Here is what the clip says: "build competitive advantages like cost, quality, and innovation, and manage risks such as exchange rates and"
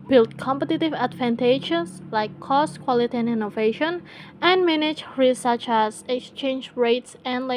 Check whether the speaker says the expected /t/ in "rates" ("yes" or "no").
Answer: yes